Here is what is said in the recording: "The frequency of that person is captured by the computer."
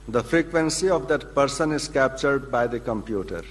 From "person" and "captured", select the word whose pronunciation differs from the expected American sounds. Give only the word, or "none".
none